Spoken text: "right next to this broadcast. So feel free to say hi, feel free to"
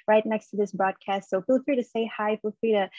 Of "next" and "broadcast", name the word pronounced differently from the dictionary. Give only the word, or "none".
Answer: none